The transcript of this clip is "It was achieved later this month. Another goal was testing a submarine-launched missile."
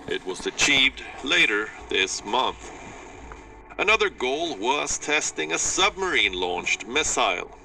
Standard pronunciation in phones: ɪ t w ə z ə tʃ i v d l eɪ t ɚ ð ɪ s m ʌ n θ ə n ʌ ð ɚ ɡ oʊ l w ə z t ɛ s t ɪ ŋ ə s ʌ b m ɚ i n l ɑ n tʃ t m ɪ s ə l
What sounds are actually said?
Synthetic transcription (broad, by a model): ɪ t w ə z ə tʃ i v d l eɪ t ɚ ð ɪ s m ʌ n θ ə n ʌ ð ɚ ɡ oʊ l w ə z t ɛ s t ɪ ŋ ə s ʌ b m ɚ i n l ɑ n tʃ t m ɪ s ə l